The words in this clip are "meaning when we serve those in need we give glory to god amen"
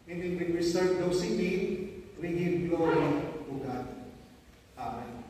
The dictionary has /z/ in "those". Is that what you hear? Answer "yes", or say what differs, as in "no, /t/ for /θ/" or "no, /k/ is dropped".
no, /s/ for /z/